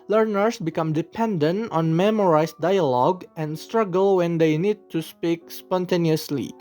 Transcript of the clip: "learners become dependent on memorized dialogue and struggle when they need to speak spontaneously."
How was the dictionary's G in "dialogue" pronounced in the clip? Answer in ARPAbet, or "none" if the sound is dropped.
G